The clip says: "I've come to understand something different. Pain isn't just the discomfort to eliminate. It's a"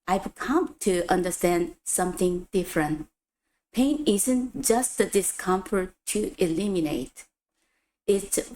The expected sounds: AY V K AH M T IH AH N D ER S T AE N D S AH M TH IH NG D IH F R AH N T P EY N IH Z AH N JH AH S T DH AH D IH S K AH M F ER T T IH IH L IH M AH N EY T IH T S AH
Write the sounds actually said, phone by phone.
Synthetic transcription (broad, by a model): AY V K AH M T IH AH N D ER S T AE N D S AH M TH IH NG D IH F R AH N T P EY N IH Z AH N JH AH S T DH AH D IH S K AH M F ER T T IH IH L IH M AH N EY T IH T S